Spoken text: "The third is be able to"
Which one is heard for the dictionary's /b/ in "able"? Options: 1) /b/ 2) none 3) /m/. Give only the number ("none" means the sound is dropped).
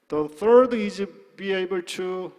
1